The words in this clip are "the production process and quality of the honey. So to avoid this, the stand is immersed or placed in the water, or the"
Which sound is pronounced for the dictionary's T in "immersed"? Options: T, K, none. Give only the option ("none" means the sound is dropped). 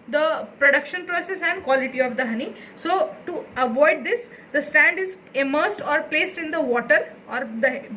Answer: T